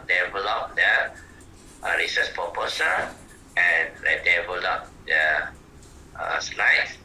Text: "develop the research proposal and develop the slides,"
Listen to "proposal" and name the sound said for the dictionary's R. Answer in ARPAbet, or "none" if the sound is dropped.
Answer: none